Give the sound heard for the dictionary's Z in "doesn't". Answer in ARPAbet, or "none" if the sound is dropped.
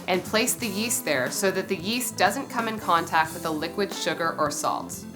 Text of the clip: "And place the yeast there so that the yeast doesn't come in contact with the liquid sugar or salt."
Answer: Z